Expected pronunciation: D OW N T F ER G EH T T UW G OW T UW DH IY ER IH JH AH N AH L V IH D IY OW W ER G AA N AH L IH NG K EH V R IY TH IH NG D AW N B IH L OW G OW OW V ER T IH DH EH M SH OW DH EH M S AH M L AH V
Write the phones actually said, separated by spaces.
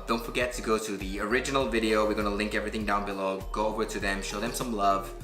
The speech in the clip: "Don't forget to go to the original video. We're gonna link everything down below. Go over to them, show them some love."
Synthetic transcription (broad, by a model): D OW N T F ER G EH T T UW G OW T UW DH IY ER IH JH AH N AH L V IH D IY OW W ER G AA N AH L IH NG K EH V R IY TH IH NG D AW N B IH L OW G OW OW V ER T IH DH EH M SH OW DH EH M S AH M L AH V